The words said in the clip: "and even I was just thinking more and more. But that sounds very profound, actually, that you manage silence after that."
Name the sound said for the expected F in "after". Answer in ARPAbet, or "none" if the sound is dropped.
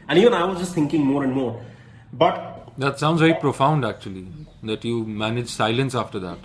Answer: F